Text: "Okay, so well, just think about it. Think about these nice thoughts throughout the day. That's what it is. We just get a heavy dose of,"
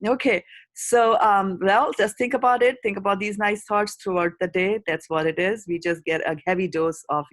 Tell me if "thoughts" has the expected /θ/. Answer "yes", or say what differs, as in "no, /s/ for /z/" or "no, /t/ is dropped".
no, /t/ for /θ/